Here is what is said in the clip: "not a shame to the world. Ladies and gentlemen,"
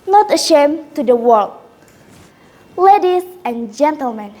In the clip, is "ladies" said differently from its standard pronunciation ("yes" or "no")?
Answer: yes